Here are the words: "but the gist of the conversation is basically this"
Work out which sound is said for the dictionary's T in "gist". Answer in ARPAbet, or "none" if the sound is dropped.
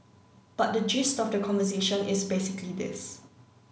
T